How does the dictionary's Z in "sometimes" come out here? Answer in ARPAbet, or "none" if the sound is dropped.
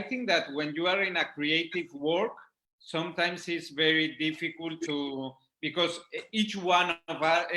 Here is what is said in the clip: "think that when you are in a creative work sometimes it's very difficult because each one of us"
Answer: S